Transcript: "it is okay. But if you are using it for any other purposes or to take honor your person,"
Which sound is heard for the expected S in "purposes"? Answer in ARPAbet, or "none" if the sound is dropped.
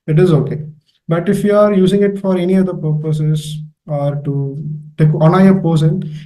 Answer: S